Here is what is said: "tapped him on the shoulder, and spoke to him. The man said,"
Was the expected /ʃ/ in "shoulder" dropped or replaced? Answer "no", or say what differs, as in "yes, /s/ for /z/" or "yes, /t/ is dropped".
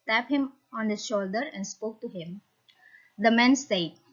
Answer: no